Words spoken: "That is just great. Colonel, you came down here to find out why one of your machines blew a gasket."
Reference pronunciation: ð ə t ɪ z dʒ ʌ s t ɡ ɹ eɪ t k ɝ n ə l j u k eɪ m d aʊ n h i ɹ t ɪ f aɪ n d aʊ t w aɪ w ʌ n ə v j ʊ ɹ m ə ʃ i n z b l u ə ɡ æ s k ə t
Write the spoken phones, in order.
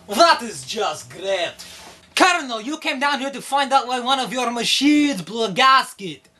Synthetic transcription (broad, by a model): ð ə t ɪ z dʒ ʌ s t ɡ ɹ eɪ t k ɝ n ə l j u k eɪ m d aʊ n h i ɹ t ɪ f aɪ n d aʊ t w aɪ w ʌ n ə v j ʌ ɹ m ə ʃ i z b l ə ɡ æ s k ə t